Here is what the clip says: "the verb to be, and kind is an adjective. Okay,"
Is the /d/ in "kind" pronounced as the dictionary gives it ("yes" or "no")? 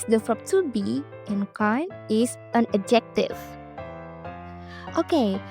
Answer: no